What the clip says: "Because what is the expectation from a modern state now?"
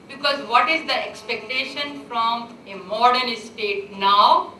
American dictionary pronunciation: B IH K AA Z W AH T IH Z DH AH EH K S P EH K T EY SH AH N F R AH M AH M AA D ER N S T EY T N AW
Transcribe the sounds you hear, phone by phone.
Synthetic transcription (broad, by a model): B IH K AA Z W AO T IH Z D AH EH K S P EH K T EY SH AH N F R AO M AH M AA D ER L S T EY T N AW